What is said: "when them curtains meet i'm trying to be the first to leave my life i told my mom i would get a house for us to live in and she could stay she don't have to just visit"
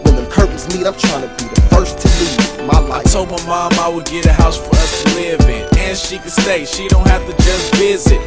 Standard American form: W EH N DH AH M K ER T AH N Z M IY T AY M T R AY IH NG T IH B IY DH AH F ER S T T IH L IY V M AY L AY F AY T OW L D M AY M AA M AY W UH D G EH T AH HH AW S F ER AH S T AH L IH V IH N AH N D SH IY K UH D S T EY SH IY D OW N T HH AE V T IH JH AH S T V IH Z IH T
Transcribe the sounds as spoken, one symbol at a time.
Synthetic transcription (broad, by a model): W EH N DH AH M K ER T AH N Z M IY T AY M T R AY IH NG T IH B IY DH AH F ER S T T IH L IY M AY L AY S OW M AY M AA M AY W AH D G EH T AH HH AW S F ER AH S T AH L IH V IH N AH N SH IY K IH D S T EY SH IY D OW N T HH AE F T IH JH AH S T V IH Z IH T